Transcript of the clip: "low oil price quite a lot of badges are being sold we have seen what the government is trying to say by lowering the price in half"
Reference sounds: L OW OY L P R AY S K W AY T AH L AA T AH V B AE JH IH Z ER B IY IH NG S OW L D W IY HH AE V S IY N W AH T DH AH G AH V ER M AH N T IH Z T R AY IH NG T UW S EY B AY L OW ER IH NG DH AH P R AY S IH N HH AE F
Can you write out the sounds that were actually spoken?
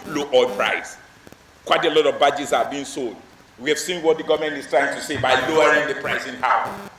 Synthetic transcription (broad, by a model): L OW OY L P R AY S K W AY T AH L AA T AH V B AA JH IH S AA B IY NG S OW L D W IY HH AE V S IY N W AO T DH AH G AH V M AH N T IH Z T R AY IH NG T UW S EY B AY L OW ER IH NG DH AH P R AY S IH N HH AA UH